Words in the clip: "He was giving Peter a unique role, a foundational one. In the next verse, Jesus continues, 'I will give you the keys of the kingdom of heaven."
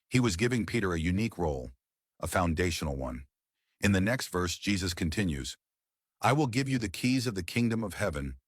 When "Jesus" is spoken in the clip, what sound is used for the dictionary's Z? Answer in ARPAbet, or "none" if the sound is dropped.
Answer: Z